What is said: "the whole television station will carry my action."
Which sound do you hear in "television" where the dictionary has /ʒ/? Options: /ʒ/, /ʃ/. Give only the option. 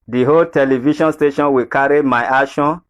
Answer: /ʃ/